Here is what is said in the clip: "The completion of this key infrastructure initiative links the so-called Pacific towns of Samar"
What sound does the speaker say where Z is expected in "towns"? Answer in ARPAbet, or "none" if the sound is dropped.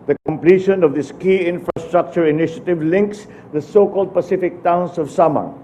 S